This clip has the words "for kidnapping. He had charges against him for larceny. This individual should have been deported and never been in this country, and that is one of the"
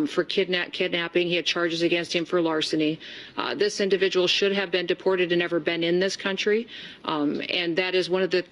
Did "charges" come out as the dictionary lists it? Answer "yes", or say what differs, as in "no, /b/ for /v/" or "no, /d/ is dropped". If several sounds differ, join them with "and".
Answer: yes